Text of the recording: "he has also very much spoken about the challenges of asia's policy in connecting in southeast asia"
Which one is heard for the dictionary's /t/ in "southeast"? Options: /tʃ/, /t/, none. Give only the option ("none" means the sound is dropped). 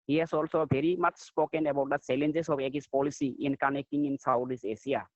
none